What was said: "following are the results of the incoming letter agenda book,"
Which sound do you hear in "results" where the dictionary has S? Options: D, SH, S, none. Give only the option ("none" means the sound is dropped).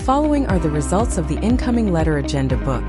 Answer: S